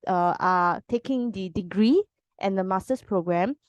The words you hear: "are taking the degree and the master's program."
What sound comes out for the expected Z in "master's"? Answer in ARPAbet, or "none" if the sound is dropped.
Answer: S